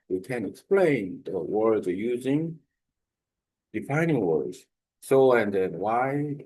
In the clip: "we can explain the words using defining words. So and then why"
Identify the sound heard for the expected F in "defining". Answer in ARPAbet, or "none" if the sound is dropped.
F